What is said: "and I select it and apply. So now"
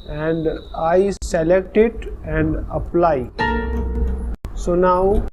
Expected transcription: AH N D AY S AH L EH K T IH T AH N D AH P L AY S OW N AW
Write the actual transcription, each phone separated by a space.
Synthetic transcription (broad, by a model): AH N D AY S AH L EH K T IH T AH N D AH P L AY S OW N AW